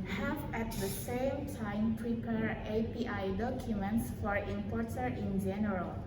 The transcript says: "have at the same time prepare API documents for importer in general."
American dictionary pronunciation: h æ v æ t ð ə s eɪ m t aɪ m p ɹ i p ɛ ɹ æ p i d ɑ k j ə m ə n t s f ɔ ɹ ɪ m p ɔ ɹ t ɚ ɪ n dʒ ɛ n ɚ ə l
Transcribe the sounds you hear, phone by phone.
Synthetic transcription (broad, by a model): h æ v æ t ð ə s eɪ m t aɪ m p ɹ i p ɛ ɹ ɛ p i d ɑ k j ə m ə n t s f ɔ ɹ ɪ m p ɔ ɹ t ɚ ɪ n dʒ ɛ n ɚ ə l